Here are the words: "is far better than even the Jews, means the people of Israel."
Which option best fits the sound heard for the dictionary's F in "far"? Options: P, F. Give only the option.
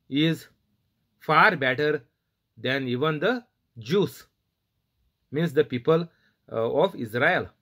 F